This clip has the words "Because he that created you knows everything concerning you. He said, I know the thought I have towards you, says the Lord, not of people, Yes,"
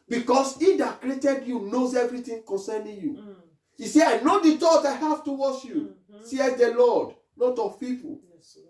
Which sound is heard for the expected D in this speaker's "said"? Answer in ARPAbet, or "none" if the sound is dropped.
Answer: none